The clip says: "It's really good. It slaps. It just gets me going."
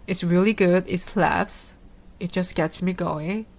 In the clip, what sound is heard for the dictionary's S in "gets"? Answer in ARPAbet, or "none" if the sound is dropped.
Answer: S